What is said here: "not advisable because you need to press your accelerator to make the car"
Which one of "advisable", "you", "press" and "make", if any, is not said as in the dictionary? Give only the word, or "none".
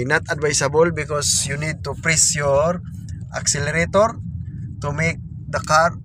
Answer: advisable